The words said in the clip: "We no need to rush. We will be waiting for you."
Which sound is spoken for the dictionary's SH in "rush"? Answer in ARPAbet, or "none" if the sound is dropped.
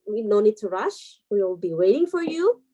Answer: SH